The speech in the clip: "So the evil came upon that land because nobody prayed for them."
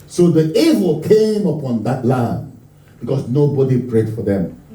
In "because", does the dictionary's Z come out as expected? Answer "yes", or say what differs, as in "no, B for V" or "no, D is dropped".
no, S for Z